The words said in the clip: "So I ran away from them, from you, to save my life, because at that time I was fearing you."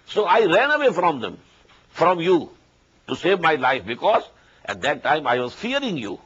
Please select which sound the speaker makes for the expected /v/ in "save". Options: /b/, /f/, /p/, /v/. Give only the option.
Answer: /v/